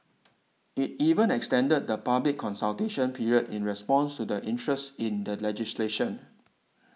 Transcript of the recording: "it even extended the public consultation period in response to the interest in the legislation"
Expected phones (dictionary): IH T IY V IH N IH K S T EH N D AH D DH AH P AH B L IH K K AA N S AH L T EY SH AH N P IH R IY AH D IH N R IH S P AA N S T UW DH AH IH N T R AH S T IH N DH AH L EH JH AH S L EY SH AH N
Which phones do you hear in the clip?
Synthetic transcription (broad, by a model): IH T IY V IH N IH K S T EH N D AH D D AH P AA B L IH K K AA N S AH L T EY SH AH N P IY R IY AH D IH N R IH S P AA N S T UW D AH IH N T R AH S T IH N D AH L EH JH AH S L EY SH AH N